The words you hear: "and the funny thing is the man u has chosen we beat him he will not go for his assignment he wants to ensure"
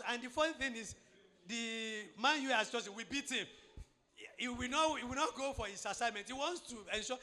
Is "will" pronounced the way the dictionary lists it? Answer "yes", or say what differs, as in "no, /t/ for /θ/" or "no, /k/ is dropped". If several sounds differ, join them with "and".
no, /w/ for /l/